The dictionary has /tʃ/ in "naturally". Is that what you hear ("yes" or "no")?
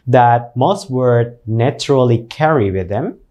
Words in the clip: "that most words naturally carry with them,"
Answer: yes